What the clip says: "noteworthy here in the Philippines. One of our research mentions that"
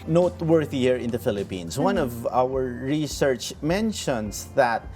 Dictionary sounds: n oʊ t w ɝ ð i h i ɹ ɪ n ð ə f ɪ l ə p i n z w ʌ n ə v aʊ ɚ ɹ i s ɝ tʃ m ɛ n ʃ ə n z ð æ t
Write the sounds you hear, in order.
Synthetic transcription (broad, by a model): n oʊ t w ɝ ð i h i ɹ ɪ n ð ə f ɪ l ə p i n s w ʌ n ə v aʊ ɚ ɹ i s ɝ tʃ m ɛ n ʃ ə n s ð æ t